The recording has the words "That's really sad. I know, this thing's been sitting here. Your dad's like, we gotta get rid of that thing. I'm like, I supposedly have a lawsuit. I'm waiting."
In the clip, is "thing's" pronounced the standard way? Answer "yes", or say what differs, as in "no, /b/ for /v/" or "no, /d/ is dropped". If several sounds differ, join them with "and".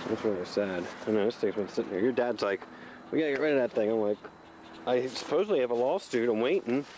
no, /t/ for /θ/ and /ŋ/ is dropped